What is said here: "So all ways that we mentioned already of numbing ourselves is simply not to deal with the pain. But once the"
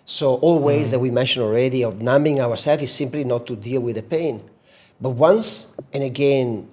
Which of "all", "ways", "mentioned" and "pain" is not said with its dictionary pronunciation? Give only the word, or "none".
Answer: mentioned